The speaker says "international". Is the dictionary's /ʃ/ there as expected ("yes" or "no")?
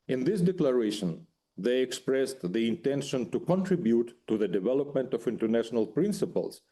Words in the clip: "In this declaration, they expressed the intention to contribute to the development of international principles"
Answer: yes